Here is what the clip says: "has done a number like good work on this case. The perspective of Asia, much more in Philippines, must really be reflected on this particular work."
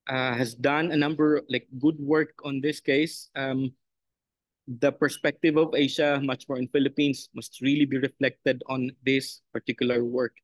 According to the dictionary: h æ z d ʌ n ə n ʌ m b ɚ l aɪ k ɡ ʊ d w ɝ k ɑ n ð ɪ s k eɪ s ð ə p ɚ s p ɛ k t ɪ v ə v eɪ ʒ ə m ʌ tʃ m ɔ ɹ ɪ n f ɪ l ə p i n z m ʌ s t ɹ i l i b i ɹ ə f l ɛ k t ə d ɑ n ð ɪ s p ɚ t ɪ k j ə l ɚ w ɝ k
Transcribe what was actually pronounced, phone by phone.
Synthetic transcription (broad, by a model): h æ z d ʌ n ə n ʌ m b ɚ l aɪ k ɡ ʊ d w ɝ k ɑ n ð ɪ s k eɪ s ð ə p ɚ s p ɛ k t ɪ v ə v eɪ ʃ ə m ʌ tʃ m ɔ ɹ ɪ n f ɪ l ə p i n s m ʌ s t ɹ i l i b i ɹ ə f l ɛ k t ə d ɑ n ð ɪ s p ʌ t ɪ k j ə l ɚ w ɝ k